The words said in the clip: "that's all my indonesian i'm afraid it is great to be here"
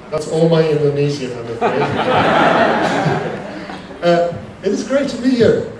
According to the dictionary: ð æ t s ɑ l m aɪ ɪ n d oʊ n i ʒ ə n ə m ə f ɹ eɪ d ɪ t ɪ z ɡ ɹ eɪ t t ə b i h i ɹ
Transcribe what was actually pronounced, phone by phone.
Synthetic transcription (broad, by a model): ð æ t s ɑ l m aɪ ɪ n d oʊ n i z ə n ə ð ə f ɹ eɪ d ɪ t ɪ z ɡ ɹ eɪ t t ə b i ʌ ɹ